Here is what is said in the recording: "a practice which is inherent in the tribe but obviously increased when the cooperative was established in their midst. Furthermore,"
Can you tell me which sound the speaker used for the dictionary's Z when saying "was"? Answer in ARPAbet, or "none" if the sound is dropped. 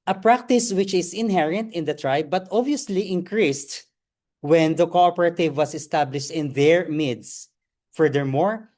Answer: S